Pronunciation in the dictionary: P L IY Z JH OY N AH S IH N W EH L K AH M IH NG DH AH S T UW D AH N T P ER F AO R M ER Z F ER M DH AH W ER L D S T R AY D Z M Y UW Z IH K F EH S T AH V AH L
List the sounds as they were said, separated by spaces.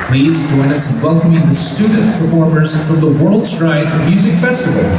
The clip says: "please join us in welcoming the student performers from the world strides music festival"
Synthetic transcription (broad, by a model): P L IY Z JH OY N AH S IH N W EH L K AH M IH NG DH AH S T UW D N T P ER F AO R M ER Z F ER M DH AH W ER L D S T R AY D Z M Y UW Z IH K F EH S T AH V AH L